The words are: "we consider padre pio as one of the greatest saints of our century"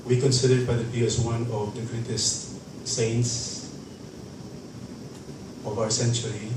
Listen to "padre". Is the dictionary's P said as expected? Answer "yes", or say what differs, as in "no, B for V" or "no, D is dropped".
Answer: no, B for P